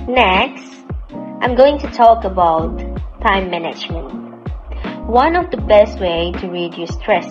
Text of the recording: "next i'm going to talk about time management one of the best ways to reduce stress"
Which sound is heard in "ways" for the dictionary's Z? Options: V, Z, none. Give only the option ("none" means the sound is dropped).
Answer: none